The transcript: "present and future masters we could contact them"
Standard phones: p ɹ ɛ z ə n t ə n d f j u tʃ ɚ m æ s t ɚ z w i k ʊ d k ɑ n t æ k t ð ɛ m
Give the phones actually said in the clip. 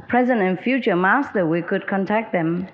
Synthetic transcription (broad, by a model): p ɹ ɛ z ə n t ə n f j u tʃ ɚ m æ s t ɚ w i k ʊ d k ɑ n t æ k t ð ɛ m